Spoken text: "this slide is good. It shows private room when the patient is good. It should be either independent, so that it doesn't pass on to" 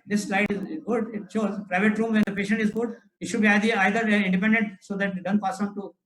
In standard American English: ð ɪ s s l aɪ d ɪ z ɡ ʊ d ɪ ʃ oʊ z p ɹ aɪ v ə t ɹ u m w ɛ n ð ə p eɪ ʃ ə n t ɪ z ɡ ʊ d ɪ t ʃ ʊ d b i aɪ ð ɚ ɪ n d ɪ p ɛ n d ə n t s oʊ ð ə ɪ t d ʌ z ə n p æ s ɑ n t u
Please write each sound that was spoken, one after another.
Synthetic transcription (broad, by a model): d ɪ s s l aɪ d ɪ z ɡ ʊ d ɪ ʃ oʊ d p ɹ aɪ v ə t ɹ u m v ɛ n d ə p eɪ ʃ ə n t ɪ z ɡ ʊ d ɪ t ʃ ʊ d b i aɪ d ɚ ɪ n d ɪ p ɛ n d ə n t s oʊ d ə t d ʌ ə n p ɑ s ɑ n t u